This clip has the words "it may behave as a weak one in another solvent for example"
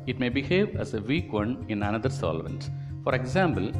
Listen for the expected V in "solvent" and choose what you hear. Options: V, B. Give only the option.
V